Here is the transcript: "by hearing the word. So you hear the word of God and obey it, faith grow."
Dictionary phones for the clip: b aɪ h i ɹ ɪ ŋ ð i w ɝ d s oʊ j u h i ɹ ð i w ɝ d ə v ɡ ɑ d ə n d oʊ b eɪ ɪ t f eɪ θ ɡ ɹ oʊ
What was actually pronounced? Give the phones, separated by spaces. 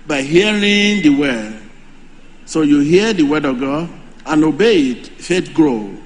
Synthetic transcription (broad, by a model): b aɪ h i ɹ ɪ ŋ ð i w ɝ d s oʊ j u h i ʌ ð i w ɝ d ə ɡ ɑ ə n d oʊ b eɪ ɪ t f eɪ t ɡ ɹ oʊ